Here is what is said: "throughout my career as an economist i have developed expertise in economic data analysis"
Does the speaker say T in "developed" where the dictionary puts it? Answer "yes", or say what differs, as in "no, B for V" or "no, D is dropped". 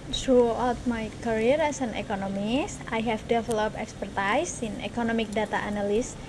no, T is dropped